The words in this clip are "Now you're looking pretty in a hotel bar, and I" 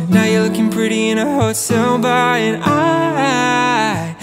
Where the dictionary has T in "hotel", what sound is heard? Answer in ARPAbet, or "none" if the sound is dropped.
S